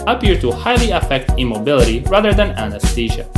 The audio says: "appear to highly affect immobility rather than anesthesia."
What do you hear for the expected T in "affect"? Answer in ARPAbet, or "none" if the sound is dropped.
T